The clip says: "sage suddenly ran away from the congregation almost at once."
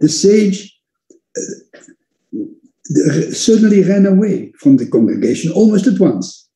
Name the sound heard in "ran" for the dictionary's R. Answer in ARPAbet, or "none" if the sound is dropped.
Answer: R